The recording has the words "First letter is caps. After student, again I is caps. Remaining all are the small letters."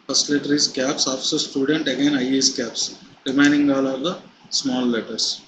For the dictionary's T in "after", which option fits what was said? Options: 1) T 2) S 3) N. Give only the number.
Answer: 2